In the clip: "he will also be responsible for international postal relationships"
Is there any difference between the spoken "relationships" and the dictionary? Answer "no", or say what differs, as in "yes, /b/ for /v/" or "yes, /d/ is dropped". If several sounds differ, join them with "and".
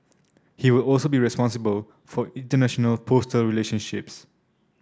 no